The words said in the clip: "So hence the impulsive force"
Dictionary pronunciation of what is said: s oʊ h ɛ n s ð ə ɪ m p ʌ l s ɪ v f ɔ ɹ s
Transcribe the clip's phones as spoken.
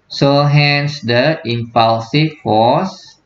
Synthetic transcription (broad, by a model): s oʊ h ɛ n s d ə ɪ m p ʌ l s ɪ f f ɔ s